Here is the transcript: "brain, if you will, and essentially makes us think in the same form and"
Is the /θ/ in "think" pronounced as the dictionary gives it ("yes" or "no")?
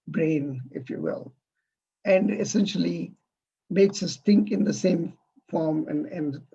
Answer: no